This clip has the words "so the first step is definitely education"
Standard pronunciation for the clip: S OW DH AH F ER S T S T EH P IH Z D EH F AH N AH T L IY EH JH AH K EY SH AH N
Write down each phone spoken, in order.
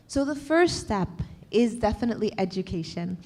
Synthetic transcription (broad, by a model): S OW DH AH F ER S T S T EH P IH Z D EH F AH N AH T L IY EH JH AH K EY SH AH N